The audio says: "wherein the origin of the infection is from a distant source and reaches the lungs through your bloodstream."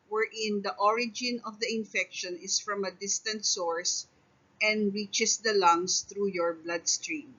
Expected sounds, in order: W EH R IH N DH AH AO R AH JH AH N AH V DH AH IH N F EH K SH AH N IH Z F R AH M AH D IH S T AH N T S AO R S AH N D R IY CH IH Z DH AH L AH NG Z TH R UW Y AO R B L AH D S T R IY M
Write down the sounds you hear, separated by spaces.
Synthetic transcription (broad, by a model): W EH R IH N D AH AO R AH JH AH N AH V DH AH IH N F EH K SH AH N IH S F R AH M AH D IH S T AH N T S AO R S AH N D R IY CH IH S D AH L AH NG S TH R UW Y AO R B L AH D S T R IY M